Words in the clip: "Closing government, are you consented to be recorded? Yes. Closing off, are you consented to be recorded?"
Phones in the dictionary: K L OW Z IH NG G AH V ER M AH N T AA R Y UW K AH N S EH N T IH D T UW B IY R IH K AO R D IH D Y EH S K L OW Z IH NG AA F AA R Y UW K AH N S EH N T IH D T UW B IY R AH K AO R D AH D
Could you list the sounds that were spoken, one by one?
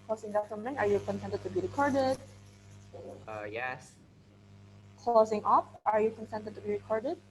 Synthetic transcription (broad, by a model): K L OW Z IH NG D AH F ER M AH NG AA R Y UW K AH N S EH N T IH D T UW B IY R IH K AO R D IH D Y EH S K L OW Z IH NG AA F AA R Y UW K AH N S EH N T IH D T UW B IY R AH K AO R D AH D